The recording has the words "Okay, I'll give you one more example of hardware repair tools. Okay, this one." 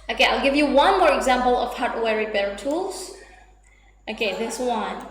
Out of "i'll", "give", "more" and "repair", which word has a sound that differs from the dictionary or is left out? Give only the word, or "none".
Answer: repair